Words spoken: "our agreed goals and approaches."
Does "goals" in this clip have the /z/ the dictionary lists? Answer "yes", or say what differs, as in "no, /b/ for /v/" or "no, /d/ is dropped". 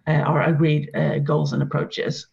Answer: yes